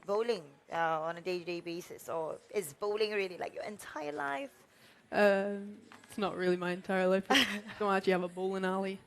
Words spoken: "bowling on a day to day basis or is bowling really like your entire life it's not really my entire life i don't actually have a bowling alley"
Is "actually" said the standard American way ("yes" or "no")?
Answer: no